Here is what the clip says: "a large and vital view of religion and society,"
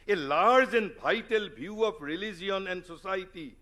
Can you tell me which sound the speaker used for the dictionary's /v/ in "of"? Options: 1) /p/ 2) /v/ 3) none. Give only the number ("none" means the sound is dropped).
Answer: 1